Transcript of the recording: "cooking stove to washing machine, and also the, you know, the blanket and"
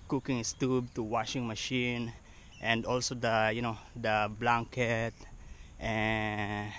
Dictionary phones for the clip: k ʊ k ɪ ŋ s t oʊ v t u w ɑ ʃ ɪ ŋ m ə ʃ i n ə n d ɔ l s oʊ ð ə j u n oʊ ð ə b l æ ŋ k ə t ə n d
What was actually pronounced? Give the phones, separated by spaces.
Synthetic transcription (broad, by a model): k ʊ k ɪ ŋ s t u b t u w ɑ ʃ ɪ ŋ m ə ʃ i n ə n d ɔ l s oʊ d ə j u n oʊ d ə b l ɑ ŋ k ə t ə